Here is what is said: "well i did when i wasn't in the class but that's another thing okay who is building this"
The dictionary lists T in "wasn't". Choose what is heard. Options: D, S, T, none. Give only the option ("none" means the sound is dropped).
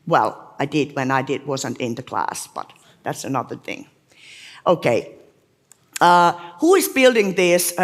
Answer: T